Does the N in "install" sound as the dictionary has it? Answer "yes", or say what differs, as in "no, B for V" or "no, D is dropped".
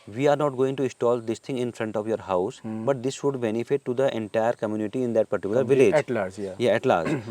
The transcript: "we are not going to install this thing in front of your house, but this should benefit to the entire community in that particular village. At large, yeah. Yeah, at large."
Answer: no, N is dropped